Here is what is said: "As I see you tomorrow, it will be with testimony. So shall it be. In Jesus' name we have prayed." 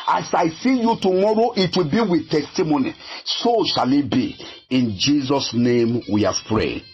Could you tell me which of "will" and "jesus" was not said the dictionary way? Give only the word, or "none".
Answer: none